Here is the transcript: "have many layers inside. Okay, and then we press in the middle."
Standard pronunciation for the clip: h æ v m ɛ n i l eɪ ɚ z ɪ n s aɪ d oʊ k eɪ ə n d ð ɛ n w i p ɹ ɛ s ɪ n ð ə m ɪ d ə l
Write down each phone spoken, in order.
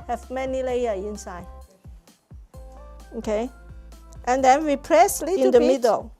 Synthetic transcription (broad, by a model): h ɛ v m ɛ n i l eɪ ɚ ɪ n s aɪ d oʊ k eɪ ə n d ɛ n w i p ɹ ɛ s ɪ n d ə m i d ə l